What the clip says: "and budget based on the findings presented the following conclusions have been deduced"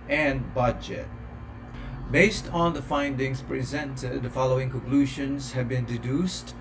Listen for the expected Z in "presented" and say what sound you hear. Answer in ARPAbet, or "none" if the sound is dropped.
Z